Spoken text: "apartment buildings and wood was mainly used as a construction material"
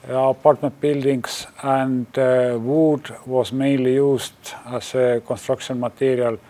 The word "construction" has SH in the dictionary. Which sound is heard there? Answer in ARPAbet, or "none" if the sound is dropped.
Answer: S